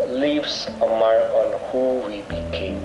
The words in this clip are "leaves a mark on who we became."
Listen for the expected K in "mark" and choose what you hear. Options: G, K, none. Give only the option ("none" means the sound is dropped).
none